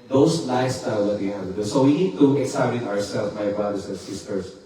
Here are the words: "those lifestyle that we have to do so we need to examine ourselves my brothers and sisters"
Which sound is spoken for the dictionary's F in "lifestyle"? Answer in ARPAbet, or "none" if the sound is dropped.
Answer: none